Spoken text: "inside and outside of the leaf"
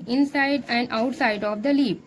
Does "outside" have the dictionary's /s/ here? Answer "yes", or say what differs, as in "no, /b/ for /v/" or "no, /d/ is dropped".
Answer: yes